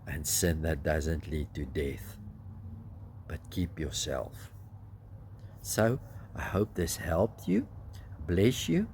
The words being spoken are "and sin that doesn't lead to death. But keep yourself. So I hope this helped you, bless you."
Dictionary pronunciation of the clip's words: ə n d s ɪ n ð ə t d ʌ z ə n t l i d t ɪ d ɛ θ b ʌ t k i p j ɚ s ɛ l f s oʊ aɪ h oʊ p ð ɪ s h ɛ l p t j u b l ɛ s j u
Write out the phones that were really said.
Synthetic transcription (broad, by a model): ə n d s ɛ n ð ə t d ʌ z ə n t l i d t ɪ d ɛ θ b ʌ t k i p j ɚ s ɛ l f s oʊ aɪ h oʊ p ð ɪ s h ɛ l p t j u b l ɛ s j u